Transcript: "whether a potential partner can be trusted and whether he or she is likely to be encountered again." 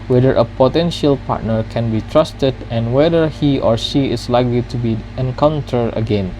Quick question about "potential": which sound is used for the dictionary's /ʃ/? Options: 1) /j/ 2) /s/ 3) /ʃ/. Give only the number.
3